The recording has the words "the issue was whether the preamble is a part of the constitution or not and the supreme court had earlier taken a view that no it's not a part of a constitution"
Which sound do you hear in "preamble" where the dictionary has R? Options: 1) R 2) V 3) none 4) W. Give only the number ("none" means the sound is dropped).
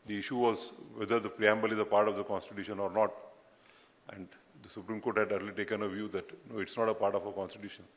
1